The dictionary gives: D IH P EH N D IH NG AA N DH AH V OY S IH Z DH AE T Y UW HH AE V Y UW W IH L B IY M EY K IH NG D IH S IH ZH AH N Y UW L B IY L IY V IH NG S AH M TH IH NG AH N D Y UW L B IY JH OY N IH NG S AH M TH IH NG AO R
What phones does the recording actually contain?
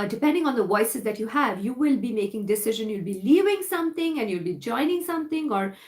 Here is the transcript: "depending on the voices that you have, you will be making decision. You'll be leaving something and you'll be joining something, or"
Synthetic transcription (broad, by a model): D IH P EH N D IH NG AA N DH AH V OY S IH Z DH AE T Y UW HH AE V Y UW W IH L B IY M EY K IH NG D IH S IH ZH AH N Y UW L B IY L IY V IH NG S AH M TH IH NG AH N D Y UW L B IY JH OY N IH NG S AH M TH IH NG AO R